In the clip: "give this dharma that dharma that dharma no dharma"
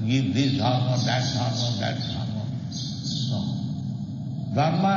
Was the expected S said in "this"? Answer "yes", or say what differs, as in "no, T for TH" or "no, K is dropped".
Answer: no, S is dropped